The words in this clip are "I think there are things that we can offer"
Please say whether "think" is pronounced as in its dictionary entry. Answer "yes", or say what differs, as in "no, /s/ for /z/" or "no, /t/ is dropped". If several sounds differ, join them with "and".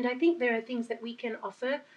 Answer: yes